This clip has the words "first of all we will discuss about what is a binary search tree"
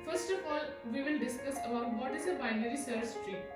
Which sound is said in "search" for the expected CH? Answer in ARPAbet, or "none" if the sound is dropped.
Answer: S